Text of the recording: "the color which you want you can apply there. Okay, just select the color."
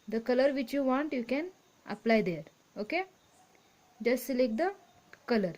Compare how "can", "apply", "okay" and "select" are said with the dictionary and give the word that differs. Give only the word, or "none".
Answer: select